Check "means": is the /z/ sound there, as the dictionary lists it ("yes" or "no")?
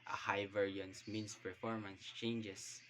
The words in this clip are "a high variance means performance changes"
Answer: no